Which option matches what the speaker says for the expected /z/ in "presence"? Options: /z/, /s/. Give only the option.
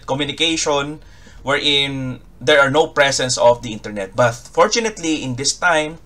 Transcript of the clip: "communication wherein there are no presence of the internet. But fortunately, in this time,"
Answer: /s/